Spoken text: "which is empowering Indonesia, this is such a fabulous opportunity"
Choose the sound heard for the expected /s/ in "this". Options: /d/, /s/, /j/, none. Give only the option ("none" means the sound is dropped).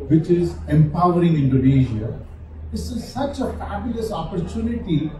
none